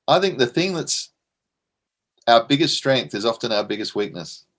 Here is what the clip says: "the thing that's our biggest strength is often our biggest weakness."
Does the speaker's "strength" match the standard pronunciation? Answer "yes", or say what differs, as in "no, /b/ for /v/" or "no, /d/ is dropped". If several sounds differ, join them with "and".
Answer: yes